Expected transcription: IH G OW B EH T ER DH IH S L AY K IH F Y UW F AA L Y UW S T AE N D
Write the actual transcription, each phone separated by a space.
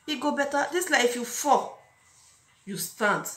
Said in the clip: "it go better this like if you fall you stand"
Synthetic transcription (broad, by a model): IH G OW B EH T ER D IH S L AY IH F Y UW F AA Y UW S T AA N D